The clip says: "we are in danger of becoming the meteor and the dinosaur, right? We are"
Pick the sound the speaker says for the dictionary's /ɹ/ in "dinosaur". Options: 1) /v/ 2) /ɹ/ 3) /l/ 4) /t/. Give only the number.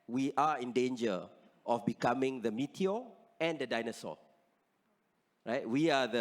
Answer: 3